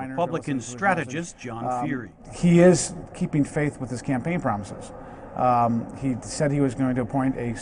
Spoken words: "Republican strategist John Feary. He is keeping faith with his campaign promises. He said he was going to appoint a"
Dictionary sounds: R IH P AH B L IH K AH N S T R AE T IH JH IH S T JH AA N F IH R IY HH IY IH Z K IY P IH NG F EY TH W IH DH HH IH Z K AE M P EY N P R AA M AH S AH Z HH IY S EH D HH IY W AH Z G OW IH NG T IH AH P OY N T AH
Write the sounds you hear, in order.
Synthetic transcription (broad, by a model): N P AH B L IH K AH N S T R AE T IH JH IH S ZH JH AA N F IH R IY HH IY IH Z K IY P IH NG F EY TH W IH DH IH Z K AE M P EY N P R AA M AH S AH Z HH IY S EH D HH IY W AH Z G OW IH NG T IH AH P OY N T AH